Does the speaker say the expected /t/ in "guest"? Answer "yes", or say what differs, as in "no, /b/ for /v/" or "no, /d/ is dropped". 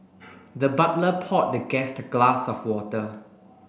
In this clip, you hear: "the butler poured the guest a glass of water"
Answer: yes